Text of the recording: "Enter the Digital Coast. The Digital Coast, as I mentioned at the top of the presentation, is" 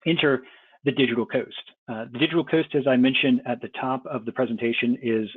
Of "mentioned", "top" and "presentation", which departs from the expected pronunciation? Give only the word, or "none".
none